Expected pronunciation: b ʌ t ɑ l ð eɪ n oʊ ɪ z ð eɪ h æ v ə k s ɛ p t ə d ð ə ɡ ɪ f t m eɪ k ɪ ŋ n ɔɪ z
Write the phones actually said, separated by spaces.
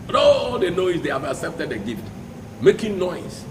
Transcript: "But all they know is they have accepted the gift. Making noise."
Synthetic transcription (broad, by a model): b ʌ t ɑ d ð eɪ n oʊ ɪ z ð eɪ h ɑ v ə k s ɛ p t ə d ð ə ɡ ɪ f t m eɪ k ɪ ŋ n ɔɪ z